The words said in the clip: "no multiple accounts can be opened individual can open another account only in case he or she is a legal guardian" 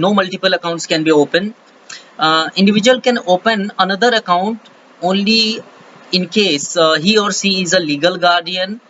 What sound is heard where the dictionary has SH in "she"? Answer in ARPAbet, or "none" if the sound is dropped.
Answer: S